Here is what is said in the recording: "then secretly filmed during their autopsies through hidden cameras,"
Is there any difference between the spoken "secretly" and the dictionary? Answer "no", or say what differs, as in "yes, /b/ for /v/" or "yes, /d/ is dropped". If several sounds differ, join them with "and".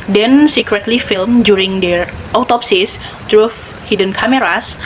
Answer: no